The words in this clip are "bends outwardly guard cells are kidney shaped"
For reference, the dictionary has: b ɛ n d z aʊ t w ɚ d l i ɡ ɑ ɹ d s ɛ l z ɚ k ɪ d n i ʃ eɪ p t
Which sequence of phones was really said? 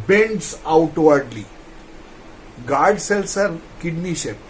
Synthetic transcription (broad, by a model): b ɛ n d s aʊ t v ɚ d l i ɡ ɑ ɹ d s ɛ l s ɚ k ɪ d n i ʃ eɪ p